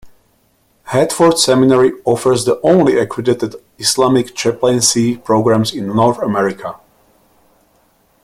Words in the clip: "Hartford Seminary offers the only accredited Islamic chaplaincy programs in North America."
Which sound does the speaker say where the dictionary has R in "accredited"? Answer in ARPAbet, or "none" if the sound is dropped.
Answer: W